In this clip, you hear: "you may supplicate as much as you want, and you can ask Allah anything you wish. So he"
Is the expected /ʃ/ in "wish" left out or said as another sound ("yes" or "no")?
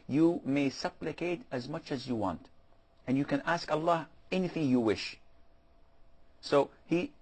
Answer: no